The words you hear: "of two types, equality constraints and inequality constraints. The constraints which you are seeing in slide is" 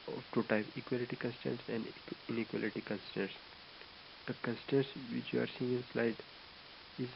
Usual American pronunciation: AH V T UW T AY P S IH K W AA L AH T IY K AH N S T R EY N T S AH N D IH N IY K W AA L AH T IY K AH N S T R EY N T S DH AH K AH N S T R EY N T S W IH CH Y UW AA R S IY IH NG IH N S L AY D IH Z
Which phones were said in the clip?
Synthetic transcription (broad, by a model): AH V T UW T AY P IH K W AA L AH T IY K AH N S T EY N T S AH N D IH N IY K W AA L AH T IY K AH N S T EY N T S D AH K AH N S T EY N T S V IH CH Y UW AA R S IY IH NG IH N S L AY D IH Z